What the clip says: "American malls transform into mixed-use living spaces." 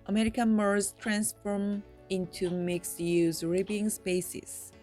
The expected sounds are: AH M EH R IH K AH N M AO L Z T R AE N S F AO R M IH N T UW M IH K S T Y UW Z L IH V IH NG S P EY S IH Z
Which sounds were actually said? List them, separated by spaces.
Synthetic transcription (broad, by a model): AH M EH R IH K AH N M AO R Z T R AE N S F AO R M IH N T UW M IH K S Y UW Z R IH B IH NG S P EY S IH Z